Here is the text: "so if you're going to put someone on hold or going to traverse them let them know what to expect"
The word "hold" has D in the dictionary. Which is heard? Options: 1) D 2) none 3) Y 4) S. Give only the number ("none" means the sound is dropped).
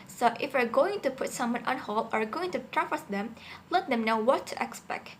2